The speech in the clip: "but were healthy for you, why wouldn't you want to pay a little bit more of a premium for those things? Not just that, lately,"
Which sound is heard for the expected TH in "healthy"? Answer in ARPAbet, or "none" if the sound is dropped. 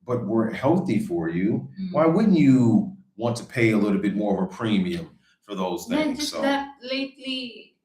TH